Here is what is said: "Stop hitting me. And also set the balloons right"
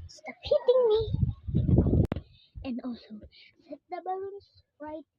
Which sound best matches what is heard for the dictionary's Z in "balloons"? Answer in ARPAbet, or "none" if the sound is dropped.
S